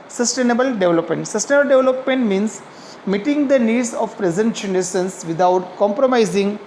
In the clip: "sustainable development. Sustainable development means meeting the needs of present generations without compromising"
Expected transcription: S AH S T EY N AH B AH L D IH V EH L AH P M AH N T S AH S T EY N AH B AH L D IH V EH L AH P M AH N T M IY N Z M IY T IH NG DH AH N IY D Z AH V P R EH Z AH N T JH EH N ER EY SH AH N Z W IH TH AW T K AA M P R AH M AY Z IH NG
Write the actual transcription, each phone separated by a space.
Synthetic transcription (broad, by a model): S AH S T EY N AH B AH L D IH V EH L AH P M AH N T S AH S T EY N AH B AH L D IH V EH L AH P M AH N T M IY N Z M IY T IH NG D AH N IY D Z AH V P R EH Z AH N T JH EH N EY S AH N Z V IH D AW T K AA M P R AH M AY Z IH NG